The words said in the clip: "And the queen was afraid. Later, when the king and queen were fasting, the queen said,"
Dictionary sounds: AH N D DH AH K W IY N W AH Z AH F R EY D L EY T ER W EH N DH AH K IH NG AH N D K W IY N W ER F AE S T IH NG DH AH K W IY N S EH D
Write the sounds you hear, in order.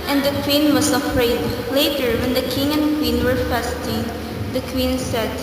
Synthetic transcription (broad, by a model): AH N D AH K W IY N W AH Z AH F R EY D L EY T ER W EH N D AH K IH NG AH N D K W IY N W ER F AE S T IH NG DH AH K W IY N S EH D